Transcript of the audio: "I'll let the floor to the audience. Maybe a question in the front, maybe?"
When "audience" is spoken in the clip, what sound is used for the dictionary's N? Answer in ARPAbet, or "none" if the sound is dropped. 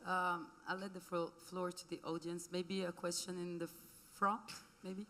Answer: N